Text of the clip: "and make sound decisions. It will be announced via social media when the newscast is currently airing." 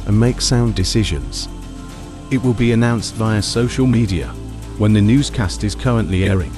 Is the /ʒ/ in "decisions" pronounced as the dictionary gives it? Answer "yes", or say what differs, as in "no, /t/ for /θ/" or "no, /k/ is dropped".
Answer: yes